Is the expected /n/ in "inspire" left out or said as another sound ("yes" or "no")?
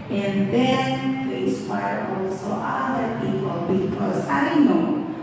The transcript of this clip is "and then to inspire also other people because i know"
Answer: yes